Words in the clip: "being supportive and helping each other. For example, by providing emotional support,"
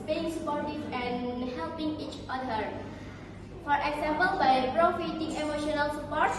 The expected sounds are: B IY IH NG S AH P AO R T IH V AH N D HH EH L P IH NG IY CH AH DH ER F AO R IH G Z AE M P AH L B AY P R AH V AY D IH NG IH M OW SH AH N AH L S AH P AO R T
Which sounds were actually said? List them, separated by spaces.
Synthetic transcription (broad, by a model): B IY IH NG S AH P AO R T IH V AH N HH EH L P IH NG IY CH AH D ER F AO R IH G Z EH M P AH L B AY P R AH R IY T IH NG IH M OW SH AH N AH L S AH P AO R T